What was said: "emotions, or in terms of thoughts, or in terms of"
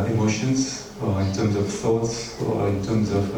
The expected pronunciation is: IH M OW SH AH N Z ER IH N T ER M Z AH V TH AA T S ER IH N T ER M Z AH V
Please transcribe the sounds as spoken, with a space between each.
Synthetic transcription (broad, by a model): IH M OW SH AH N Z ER IH N T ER M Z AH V TH AA T S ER IH N T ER M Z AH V